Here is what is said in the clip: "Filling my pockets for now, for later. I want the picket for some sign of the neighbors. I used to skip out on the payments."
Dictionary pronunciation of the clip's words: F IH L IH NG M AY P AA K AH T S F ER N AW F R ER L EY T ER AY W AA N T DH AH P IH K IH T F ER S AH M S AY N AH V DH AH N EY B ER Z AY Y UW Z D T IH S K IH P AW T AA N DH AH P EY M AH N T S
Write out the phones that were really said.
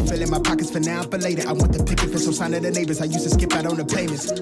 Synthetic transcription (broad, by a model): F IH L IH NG M AY P AA K AH T S F ER N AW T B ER L EY T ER AY W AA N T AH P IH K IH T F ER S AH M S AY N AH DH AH N EY B ER Z AY Y UW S T IH S K IH P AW T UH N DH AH P EY M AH N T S